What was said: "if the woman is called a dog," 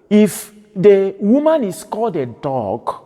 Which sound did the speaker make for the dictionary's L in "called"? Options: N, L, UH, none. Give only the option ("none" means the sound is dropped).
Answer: none